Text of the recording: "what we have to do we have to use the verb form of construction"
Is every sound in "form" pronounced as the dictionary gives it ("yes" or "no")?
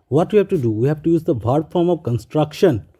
yes